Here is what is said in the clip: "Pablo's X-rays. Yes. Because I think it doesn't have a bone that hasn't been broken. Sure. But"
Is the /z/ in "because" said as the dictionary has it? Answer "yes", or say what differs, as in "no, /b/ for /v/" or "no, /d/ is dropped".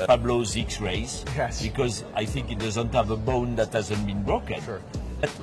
yes